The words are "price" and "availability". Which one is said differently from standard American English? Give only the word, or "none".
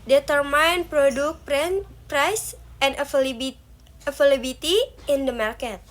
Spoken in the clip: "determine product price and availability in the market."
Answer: availability